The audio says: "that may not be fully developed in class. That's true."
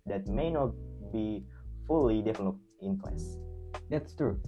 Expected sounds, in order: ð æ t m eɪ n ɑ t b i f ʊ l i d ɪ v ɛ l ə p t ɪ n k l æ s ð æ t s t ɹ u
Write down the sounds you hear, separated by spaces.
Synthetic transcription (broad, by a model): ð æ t m eɪ n ɑ t b i f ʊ l i d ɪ f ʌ n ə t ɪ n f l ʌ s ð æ t s t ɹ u